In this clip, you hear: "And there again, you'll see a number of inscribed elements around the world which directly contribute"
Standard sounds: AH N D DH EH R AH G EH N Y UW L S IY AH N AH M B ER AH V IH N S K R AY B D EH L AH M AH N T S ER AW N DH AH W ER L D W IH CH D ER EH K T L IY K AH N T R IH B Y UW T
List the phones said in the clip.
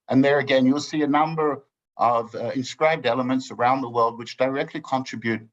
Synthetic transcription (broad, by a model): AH N DH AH R AH G EH N Y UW L S IY AH N AH M B ER AH V IH N S K R AY B D EH L AH M AH N T S ER AW N DH AH W ER L D W IH CH D ER EH K T L IY K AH N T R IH B Y UW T